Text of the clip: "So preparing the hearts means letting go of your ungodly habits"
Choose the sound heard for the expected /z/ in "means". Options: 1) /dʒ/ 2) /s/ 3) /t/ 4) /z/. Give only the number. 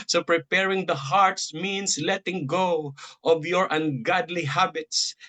2